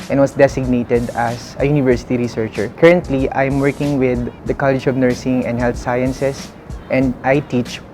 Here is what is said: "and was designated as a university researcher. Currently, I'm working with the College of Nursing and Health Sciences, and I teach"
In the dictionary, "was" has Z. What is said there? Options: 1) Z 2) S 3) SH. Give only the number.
2